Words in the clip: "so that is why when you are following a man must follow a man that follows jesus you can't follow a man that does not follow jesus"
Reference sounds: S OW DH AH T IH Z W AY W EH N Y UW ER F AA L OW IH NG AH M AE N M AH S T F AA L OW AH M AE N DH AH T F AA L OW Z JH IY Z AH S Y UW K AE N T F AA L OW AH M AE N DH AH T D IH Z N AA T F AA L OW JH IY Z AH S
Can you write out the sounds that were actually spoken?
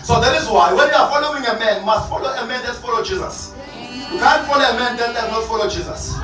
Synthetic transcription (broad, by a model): S OW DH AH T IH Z W AY W EH N Y UW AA F AA L OW IH NG AH M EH N M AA S T F AA L OW AH M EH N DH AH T F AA L OW JH IY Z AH S Y UW K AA N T F AA L OW AH M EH N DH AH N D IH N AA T F AA L OW JH IY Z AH S